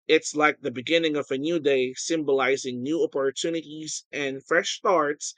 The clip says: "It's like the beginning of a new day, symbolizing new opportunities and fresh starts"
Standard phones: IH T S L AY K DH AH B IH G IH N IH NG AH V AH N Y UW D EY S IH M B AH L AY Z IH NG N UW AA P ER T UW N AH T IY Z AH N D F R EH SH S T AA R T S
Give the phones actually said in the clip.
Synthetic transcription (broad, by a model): IH T S L AY K DH AH B IH G IH N IH NG AH V AH N Y UW D EY S IH M B AH L AY Z IH NG N UW AA P ER T UW N AH T IY Z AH N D F R EH SH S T AA R T S